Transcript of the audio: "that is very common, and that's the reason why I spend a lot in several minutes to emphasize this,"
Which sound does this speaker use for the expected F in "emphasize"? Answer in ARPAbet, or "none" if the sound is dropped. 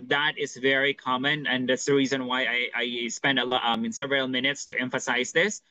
F